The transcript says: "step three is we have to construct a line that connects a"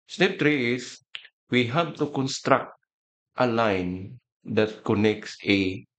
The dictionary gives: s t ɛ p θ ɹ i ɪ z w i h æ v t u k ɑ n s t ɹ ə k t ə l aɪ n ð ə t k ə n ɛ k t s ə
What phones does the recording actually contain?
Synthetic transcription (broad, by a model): s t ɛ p t ɹ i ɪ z w i h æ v t u k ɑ n s t ɹ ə k t ə l aɪ n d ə t k ə n ɛ k t s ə